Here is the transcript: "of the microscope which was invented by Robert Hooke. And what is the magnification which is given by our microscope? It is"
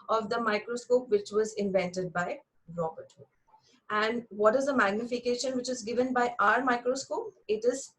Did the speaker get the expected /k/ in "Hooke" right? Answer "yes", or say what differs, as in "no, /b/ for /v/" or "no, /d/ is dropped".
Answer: no, /k/ is dropped